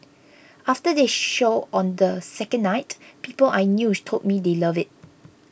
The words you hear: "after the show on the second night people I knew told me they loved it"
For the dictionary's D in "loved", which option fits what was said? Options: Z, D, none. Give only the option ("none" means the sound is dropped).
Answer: none